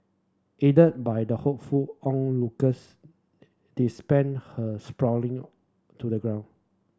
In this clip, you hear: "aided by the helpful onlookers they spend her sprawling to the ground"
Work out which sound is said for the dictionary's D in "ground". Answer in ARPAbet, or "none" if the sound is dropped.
none